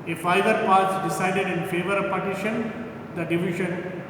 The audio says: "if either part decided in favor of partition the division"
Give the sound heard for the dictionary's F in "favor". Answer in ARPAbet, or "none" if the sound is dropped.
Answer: F